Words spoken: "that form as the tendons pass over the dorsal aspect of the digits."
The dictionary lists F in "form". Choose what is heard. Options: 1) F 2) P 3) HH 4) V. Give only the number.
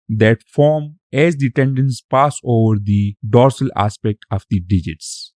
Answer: 1